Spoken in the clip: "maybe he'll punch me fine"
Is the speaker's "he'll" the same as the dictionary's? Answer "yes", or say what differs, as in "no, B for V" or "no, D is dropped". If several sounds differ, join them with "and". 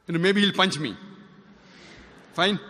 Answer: yes